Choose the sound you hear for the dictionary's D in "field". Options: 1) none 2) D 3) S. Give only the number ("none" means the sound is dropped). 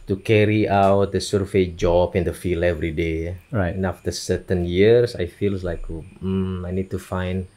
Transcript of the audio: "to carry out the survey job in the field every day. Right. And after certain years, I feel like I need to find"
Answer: 1